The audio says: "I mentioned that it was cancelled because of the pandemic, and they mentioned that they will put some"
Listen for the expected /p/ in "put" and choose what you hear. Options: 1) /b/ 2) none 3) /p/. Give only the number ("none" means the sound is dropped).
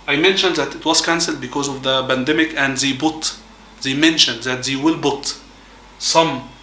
1